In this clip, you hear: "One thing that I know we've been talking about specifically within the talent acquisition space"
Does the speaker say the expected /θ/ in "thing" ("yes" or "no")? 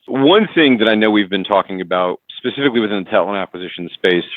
yes